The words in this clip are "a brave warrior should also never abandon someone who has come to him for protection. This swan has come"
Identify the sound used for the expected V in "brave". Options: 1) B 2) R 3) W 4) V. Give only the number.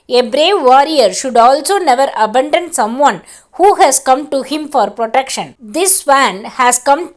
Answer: 4